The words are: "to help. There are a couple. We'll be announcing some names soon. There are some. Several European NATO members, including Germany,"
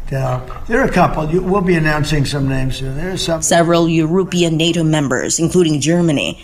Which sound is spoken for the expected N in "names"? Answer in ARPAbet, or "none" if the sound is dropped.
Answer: N